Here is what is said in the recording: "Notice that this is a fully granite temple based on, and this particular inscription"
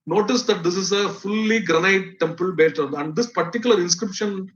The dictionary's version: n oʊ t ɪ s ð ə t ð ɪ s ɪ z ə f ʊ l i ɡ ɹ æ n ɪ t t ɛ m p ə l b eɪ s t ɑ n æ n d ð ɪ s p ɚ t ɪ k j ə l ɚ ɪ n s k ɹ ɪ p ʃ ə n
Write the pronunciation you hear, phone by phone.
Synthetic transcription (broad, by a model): n oʊ t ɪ s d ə t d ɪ s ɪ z ə f ʊ l i ɡ ɹ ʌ n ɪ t t ɛ m p ə l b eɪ t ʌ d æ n d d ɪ s p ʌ t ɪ k j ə l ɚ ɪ n s k ɹ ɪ p ʃ ə n